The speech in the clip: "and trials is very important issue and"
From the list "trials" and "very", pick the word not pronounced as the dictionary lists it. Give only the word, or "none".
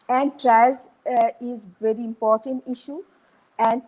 trials